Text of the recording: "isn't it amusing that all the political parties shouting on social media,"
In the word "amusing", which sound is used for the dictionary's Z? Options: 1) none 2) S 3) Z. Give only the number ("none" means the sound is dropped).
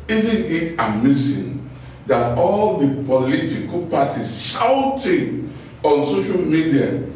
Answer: 2